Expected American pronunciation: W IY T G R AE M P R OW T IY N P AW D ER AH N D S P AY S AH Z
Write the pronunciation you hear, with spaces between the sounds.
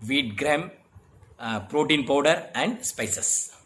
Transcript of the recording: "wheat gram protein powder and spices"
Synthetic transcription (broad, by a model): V IY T G R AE M P R OW T IY N P AW D ER AH N D S P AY S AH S